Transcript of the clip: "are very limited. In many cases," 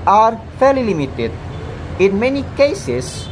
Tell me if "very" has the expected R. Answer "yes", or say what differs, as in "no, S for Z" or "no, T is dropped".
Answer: no, L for R